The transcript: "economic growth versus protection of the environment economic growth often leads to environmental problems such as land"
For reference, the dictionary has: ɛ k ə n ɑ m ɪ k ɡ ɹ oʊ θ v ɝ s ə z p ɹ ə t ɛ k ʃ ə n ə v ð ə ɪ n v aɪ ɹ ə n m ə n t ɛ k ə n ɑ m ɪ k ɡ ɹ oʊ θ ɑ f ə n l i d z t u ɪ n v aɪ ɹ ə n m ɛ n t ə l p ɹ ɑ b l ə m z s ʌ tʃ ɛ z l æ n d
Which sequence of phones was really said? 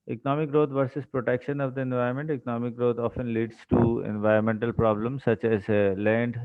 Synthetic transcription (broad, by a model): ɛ k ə n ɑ m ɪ k ɡ ɹ oʊ t v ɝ s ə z p ɹ ə t ɛ k ʃ ə n ə v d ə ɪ n v aɪ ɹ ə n m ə n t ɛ k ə n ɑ m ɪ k ɡ ɹ oʊ t ɑ f ə n l i d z t u ɪ n v aɪ ɹ ə n m ɛ n t ə l p ɹ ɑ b l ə m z s ʌ tʃ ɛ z l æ n d